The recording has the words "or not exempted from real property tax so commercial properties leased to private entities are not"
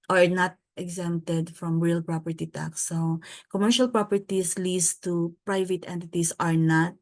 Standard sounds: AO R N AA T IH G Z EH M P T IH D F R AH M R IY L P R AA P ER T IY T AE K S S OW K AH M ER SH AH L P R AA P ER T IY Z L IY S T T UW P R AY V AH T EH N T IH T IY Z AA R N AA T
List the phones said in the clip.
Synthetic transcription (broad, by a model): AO R N AA T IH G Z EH M T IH D F R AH M R IY L P R AA P ER T IY T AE K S S OW K AH M ER SH AH L P R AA P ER T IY S L IY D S T UW P R AY V AH T EH N T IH T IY S AA R N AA T